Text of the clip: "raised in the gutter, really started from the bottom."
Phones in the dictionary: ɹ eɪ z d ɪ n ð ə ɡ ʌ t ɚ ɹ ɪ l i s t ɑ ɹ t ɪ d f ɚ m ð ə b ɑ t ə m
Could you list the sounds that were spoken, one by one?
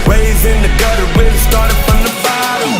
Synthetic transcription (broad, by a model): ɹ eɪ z ɪ n ð ə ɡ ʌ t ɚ w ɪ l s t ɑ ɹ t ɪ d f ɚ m ð ə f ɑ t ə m